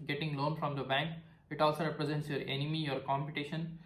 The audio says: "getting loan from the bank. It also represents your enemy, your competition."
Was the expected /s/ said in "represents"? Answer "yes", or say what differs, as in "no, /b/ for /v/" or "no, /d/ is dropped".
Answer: yes